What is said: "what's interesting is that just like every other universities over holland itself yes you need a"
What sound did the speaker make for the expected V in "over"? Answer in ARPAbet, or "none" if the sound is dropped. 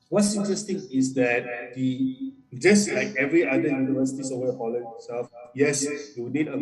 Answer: none